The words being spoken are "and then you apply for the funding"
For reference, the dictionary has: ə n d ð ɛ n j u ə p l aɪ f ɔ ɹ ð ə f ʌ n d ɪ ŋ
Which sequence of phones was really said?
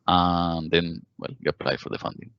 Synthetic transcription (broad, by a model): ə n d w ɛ l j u ə p l aɪ f ɔ ɹ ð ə f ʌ n d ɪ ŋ